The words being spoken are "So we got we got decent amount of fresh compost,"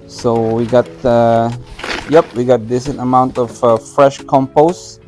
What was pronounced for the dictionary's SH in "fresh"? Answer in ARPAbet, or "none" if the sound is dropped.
SH